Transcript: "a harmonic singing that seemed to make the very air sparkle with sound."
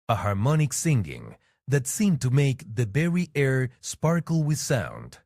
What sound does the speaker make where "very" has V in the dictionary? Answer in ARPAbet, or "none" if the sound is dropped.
B